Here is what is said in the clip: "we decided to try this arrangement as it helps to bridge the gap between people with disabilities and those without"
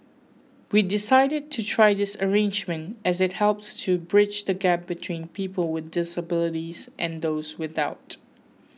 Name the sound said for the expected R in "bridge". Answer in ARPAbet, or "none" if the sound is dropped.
R